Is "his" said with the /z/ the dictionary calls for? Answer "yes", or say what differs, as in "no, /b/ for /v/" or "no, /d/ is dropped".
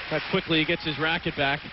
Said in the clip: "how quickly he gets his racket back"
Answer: yes